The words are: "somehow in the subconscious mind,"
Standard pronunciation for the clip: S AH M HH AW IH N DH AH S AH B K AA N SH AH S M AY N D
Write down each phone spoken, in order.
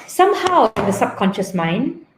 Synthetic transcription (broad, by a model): S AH M HH AW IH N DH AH S AH B K AA N SH AH S M AY N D